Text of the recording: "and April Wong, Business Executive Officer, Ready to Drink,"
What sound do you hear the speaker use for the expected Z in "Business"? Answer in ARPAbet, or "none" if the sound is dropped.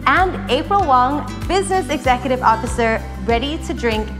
Z